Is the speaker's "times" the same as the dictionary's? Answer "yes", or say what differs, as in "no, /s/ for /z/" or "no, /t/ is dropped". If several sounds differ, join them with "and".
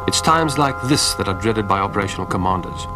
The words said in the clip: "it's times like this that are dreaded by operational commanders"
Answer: yes